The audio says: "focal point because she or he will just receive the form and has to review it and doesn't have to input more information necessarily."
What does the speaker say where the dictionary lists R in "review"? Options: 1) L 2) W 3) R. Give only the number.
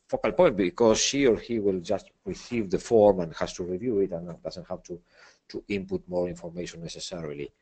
3